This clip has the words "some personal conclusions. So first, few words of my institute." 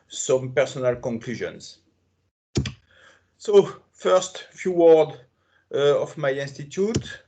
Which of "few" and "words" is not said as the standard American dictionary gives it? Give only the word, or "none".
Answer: words